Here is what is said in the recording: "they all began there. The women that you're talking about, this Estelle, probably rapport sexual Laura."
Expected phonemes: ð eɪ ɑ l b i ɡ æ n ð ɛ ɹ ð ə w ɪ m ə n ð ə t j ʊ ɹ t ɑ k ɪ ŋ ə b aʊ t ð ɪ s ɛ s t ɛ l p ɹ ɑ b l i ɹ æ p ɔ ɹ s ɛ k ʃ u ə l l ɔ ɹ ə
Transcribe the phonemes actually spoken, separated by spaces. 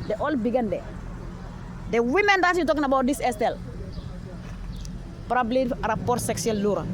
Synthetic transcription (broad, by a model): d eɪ ɑ l b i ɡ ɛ n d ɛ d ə w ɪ m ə n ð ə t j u t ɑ k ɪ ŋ ə b aʊ t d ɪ s ɛ s t ɛ l p ɹ ɑ b l i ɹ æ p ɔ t s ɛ k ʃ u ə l l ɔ ɹ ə